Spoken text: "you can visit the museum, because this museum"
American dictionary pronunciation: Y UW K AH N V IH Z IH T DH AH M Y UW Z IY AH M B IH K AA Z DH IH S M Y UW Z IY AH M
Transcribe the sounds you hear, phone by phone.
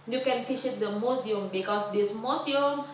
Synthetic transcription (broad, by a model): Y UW K AH N F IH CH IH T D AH M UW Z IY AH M B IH K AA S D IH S M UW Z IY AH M